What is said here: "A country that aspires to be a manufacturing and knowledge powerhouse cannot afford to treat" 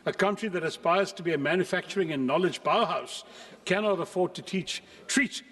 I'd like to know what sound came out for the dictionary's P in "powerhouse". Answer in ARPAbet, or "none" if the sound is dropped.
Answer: B